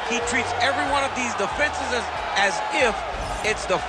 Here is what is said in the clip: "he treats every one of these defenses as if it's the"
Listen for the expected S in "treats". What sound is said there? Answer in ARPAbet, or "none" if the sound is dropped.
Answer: S